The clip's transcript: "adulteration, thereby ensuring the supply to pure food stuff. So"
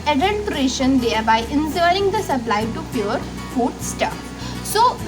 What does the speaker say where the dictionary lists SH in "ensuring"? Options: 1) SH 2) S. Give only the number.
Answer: 2